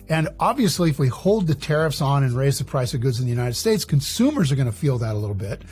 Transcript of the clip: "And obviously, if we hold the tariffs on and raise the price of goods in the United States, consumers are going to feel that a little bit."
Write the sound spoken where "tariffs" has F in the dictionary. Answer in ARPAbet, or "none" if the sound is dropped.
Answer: F